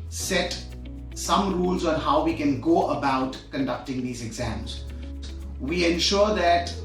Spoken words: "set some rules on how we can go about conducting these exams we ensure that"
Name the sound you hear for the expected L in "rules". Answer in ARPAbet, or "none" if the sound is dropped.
L